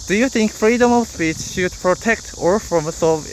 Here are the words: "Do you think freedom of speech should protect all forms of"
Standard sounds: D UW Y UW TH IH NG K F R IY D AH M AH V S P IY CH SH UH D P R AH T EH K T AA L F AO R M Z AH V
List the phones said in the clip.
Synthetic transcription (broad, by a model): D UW Y UW TH IH NG K F R IY D AH M AH V S P IY CH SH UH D P R AH T EH K T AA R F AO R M S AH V